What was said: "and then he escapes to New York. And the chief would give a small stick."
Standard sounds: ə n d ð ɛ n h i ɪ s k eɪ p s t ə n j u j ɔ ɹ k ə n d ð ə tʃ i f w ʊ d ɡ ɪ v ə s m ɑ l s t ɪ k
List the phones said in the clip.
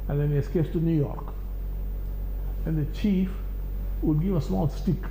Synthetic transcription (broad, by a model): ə n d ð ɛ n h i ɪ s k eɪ s t ə n j u j ɔ ɹ k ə n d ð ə tʃ i f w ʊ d ɡ ɪ v ə s m ɑ l s t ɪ k